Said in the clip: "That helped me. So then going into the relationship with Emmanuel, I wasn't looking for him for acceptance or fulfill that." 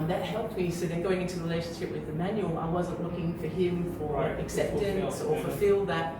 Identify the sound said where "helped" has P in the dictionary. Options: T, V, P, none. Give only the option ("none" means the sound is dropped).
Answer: P